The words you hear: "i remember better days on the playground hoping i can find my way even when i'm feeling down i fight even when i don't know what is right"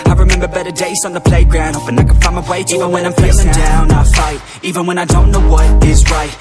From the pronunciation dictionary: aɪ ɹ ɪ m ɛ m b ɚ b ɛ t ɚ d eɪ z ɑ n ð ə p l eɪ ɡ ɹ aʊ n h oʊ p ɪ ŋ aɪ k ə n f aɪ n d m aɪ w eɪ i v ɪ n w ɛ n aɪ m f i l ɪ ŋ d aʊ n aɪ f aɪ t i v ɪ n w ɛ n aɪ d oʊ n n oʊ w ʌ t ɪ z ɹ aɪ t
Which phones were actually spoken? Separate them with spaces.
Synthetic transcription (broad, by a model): aɪ ɹ ɪ m ɛ m b ɚ b ɛ t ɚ d eɪ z n ð ə p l eɪ ɡ ɹ aʊ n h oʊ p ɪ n aɪ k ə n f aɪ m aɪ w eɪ i v ɪ n w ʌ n aɪ m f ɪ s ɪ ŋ d aʊ n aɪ f aɪ t i v ɪ n w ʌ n aɪ d oʊ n n oʊ w ʌ t ɪ z ɹ aɪ t